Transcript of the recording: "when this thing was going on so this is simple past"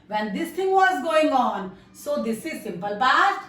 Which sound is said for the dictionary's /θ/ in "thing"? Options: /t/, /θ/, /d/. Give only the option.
/t/